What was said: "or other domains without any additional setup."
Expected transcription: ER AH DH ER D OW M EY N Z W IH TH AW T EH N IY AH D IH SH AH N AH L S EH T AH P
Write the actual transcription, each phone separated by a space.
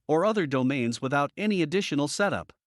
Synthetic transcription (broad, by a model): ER AH DH ER D OW M EY N Z W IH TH AW T EH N IY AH D IH SH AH N L S EH T AH P